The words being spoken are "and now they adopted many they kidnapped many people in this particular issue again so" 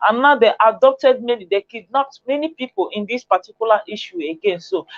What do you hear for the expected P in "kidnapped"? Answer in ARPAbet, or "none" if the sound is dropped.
none